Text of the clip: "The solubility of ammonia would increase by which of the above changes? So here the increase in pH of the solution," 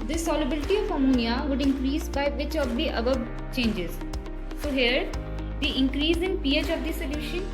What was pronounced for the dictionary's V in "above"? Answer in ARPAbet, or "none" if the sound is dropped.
B